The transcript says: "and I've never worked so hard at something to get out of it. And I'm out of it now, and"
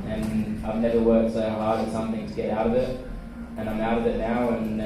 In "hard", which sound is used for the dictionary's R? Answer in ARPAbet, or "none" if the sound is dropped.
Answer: L